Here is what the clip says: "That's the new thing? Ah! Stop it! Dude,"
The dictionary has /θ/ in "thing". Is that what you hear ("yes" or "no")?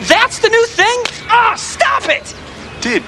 yes